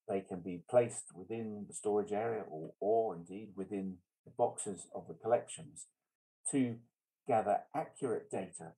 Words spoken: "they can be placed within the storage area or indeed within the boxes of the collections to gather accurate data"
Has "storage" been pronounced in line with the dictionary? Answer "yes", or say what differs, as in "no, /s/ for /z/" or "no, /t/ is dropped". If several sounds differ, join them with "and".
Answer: yes